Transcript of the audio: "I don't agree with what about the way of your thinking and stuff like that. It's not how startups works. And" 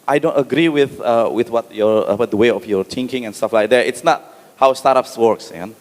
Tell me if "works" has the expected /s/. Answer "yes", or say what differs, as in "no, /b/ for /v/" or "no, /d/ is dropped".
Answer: yes